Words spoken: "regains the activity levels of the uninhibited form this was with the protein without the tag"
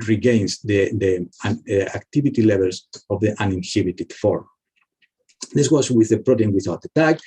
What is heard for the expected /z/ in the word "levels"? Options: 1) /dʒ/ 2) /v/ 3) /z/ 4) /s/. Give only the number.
4